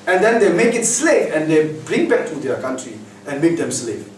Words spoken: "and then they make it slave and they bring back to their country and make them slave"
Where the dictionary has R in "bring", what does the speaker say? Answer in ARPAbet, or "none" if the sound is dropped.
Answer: R